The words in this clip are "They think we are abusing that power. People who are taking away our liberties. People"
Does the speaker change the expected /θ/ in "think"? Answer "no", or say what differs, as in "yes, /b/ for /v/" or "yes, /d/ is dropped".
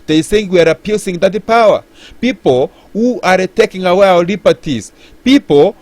yes, /s/ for /θ/